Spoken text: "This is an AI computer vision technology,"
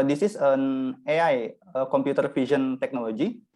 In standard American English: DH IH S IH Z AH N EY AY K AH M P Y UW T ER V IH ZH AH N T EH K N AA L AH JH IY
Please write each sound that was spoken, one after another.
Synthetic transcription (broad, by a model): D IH S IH S AH N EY AY K AH M P Y UW T ER F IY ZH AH N T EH K N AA L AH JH IY